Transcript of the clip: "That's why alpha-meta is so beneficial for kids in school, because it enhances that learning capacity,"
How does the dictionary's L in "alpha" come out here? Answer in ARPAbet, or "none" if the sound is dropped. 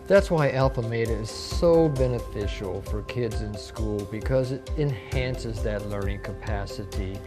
L